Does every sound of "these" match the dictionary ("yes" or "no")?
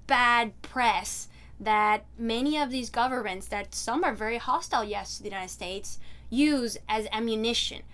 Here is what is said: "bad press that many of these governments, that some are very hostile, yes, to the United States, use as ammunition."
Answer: yes